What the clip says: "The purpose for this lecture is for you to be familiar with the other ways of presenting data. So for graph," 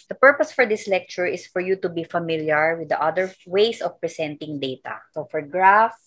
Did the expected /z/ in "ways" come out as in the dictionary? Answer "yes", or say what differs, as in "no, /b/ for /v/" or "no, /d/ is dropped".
no, /s/ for /z/